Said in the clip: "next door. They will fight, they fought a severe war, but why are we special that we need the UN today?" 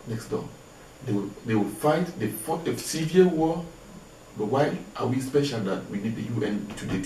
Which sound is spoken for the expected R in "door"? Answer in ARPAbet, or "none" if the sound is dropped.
W